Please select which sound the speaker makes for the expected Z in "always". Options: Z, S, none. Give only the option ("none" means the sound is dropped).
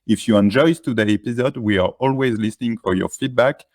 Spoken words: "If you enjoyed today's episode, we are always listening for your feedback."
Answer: Z